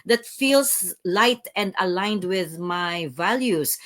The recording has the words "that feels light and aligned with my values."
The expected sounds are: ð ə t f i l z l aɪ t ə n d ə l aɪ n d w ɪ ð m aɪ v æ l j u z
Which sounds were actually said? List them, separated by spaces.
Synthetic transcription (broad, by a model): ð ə t f i l s l aɪ t ə n d ə l aɪ n d w ɪ ð m aɪ v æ l j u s